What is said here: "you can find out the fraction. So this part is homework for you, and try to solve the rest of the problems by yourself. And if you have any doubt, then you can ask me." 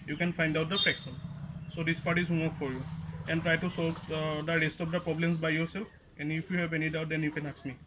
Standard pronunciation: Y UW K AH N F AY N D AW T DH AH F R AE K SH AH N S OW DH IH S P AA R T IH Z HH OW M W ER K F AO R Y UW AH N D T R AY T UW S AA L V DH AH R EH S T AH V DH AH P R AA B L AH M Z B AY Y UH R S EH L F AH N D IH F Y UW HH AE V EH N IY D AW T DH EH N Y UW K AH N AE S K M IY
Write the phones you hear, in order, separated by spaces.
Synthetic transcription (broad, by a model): Y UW K AH N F AY N D AW T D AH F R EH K S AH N S OW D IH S P AA R T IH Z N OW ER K F AO R Y UW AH N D T R AY T UW S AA L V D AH R EH S T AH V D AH P R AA B L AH M S B AY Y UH R S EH L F AH N D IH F Y UW HH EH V EH N IY D AW T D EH N Y UW K AH N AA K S M IY